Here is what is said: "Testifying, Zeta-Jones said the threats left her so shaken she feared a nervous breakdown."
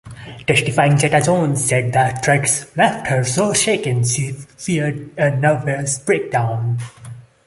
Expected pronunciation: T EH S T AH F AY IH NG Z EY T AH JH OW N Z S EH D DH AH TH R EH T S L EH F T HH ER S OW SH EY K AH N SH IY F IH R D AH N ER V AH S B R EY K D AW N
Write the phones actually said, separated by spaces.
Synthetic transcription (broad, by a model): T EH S T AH F AY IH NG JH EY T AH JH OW N S EH D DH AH T R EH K S L EH F T HH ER S OW SH EY K AH N SH IY F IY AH D AH N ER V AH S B R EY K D AW N